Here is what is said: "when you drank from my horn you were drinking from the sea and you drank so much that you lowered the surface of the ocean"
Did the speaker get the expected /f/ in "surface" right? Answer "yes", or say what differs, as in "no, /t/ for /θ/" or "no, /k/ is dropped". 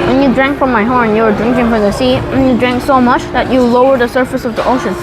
yes